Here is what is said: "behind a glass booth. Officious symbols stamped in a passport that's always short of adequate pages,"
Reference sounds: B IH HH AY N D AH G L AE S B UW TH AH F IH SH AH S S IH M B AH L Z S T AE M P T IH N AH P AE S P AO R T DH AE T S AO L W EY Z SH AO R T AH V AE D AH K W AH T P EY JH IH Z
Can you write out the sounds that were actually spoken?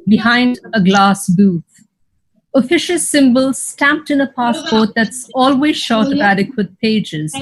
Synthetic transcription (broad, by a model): B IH HH AY N D AH G L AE S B UW T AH F IH SH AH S S IH M B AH L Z S T AE M P T IH N AH P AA S P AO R T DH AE T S AO L W EY Z SH AO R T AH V AE D AH K W AH T P EY JH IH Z